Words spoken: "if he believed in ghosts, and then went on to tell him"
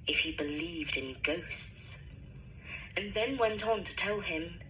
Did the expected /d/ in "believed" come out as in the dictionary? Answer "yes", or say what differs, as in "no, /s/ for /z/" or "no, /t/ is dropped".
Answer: yes